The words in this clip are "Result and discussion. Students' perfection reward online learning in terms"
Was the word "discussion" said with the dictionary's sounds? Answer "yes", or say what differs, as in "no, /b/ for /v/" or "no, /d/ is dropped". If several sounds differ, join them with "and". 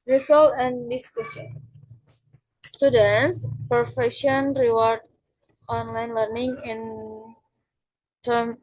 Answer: no, /s/ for /ʃ/